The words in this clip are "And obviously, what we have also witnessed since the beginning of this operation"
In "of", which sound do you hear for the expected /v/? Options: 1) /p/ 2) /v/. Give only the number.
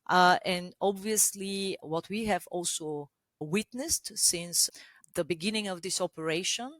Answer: 2